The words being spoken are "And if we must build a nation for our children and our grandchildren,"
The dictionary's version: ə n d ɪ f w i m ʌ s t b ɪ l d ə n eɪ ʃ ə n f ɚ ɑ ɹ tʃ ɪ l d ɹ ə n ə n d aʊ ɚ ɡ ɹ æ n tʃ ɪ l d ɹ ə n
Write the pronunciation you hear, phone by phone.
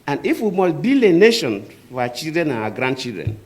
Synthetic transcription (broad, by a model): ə n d ɪ f w i m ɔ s b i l ə n eɪ ʃ ə n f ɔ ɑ tʃ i l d ɹ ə n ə n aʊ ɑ ɡ ɹ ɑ n tʃ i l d ɹ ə n